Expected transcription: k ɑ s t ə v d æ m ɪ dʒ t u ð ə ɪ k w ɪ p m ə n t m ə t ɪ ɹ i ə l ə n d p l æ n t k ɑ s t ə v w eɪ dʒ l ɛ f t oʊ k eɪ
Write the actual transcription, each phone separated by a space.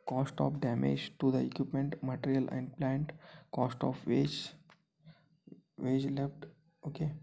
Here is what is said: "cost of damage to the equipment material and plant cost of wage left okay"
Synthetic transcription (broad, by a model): k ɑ s t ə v d æ m ɪ dʒ t u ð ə ɪ k w ɪ p m ə n t m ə t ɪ ɹ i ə l ə n d p l æ n t k ɑ s t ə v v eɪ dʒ l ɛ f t oʊ k eɪ